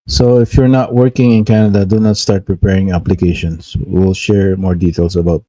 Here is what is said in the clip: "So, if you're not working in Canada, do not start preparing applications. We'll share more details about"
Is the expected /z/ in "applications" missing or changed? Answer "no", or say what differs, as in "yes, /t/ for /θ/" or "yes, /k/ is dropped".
yes, /s/ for /z/